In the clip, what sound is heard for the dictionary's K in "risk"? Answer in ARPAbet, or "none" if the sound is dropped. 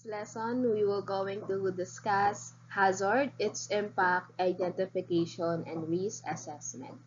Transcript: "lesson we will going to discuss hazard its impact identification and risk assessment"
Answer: none